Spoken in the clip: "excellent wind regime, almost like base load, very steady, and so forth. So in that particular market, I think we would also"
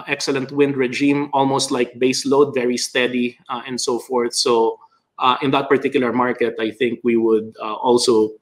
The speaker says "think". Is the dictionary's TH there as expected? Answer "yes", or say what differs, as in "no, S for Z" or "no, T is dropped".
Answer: yes